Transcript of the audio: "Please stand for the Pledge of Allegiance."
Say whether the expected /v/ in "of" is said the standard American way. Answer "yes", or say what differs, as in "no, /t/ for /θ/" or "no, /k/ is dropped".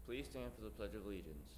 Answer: yes